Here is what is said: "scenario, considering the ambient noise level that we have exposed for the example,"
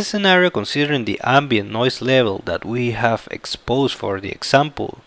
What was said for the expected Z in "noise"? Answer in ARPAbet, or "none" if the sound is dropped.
S